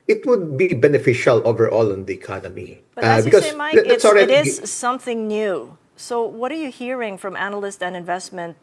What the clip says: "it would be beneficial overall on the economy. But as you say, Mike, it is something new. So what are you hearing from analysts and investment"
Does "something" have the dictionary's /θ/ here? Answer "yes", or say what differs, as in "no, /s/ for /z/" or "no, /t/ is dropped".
yes